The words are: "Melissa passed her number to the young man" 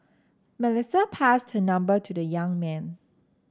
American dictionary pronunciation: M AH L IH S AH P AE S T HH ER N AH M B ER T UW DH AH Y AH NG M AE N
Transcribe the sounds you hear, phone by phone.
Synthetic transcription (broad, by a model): M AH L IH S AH P AE S T HH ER N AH M B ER T UW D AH Y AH NG M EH N